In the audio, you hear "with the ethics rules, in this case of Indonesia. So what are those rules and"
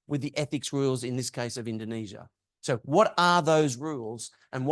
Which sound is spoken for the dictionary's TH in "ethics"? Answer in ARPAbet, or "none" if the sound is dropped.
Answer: TH